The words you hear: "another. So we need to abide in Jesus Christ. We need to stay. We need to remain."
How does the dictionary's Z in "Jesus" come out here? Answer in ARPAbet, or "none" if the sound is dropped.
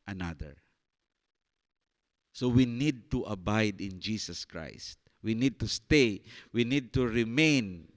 S